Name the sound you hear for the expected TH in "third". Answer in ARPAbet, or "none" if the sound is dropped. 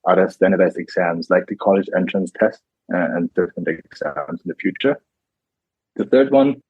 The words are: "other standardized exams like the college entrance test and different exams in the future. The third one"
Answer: TH